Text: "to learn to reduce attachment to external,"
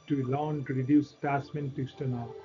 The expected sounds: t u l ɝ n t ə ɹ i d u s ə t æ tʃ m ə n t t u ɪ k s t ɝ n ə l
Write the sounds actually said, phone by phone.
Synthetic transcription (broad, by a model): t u l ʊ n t ɹ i d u s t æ s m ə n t t u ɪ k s t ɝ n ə